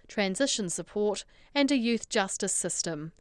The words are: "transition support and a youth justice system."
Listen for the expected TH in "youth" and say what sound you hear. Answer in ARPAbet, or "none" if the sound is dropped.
TH